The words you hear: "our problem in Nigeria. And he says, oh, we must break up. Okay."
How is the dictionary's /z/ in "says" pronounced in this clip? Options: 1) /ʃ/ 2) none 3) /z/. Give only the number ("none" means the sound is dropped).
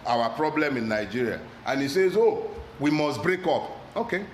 3